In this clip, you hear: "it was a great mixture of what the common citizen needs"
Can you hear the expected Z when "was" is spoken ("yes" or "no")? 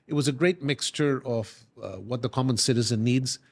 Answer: yes